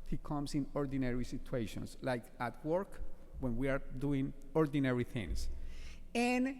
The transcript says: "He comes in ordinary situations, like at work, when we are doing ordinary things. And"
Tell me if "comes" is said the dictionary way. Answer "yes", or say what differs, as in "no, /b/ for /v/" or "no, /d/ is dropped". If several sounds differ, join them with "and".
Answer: no, /s/ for /z/